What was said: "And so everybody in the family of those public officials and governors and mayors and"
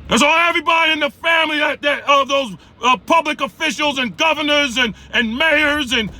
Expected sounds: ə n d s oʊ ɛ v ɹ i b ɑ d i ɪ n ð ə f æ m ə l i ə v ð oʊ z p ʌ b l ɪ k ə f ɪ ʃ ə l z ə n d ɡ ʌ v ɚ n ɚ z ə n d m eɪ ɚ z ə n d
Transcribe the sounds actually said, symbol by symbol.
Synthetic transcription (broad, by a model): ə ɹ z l ɛ v ɹ i b ɑ d i ɪ n ð ə f æ m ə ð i ə v ð oʊ z p ʌ b l ɪ k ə f ɪ ʃ l z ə n ɡ ʌ v ɚ n ɚ z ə n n m eɪ ɚ z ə n